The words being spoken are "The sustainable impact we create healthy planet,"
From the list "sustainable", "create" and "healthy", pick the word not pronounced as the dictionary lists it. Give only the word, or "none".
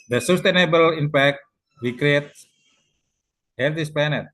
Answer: healthy